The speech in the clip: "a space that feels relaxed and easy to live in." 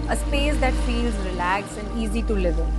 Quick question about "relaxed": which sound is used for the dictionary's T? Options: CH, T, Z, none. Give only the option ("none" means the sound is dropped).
none